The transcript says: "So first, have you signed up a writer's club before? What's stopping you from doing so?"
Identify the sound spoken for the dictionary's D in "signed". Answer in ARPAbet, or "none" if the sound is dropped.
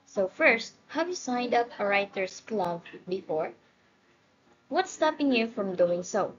D